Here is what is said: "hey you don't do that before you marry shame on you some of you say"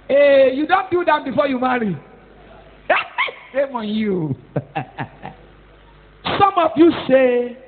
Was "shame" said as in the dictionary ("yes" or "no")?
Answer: no